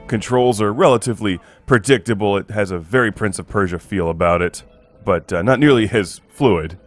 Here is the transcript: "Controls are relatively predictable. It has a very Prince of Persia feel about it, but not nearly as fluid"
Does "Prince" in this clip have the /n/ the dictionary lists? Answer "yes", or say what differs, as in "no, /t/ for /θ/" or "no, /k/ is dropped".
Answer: yes